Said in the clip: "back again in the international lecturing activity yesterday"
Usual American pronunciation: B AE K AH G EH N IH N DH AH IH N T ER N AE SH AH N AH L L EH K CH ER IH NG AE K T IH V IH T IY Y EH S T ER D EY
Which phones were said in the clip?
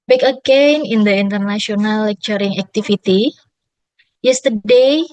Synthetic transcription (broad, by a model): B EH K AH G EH N IH N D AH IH N T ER N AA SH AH N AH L L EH K CH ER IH NG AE K T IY F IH T IY Y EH S T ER D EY